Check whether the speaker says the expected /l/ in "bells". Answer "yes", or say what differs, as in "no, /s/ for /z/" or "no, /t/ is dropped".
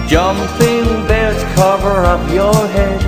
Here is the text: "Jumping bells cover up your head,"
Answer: no, /l/ is dropped